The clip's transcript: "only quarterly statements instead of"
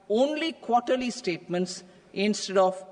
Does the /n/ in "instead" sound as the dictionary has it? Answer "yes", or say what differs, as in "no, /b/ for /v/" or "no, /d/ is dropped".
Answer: yes